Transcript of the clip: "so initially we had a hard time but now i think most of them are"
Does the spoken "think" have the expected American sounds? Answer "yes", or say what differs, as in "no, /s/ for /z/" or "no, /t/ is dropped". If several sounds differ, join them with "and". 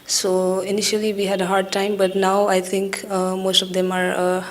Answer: no, /t/ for /θ/